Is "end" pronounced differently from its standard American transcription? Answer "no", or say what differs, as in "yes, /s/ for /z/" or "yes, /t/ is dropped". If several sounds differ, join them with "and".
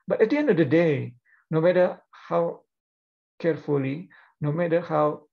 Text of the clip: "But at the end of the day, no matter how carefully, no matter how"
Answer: no